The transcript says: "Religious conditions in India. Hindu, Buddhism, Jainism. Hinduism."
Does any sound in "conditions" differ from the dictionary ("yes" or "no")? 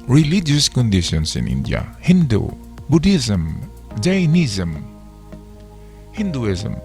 yes